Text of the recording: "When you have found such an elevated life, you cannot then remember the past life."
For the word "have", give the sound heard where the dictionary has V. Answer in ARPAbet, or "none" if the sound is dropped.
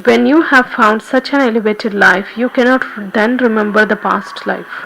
V